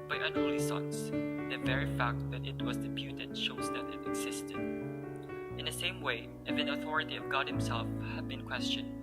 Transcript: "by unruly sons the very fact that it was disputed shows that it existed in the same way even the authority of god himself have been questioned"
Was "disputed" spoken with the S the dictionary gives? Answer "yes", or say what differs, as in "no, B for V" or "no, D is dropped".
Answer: no, S is dropped